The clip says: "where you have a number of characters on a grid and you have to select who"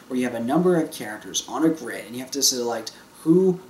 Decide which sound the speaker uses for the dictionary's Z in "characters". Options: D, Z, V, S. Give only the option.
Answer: Z